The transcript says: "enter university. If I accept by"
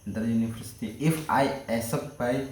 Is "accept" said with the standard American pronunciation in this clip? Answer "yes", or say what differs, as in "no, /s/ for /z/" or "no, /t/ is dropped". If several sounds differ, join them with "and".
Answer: no, /k/ is dropped